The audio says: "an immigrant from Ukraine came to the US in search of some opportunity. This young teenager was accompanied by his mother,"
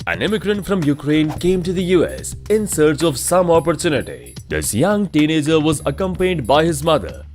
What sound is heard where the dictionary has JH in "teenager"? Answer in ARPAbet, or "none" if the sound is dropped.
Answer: JH